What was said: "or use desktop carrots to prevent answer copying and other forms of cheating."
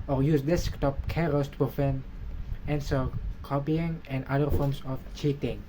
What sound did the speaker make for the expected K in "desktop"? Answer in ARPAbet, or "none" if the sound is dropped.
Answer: K